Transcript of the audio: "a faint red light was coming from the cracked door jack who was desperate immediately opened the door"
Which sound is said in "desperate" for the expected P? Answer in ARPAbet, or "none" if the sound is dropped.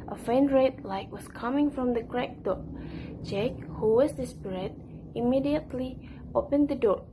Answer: B